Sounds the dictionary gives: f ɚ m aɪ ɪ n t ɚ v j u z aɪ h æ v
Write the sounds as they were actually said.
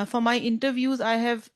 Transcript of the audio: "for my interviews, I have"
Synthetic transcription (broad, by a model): f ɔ m aɪ ɪ n t ɚ v j u z aɪ h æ v